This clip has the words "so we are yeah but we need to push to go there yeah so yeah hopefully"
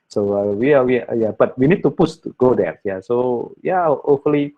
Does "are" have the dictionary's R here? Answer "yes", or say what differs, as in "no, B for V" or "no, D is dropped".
no, W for R